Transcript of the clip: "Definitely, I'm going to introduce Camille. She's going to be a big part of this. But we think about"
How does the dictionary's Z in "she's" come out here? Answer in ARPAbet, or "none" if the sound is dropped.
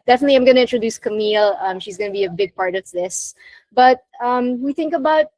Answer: Z